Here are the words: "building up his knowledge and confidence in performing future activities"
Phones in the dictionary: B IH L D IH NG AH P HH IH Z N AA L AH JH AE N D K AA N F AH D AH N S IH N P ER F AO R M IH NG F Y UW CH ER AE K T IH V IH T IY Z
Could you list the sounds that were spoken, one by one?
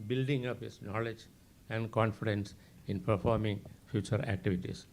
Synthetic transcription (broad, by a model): B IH L D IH NG AH P HH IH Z N AA L AH JH AE N D K AA N F AH D AH N S IH N P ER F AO R M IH NG F Y UW CH ER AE K T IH V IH T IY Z